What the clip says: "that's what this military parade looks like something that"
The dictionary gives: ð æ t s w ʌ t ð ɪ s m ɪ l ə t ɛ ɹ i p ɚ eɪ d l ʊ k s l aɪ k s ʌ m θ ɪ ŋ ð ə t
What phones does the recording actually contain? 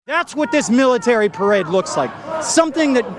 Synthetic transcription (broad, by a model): ð æ t s w ʌ t ð ɪ s m ɪ l ə t ɛ ɹ i p ɚ eɪ d l ʊ k s l aɪ k s ʌ m θ ɪ ŋ ð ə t